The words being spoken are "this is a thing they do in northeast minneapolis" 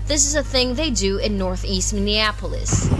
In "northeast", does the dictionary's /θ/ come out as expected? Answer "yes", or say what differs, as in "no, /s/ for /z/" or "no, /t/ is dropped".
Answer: yes